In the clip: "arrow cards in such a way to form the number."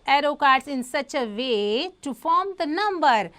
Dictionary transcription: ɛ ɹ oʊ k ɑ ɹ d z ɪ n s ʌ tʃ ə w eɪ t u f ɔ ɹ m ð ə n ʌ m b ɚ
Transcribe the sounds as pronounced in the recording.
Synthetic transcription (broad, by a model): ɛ ɹ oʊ k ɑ ɹ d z ɪ n s ʌ tʃ ə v eɪ t u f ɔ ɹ m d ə n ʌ m b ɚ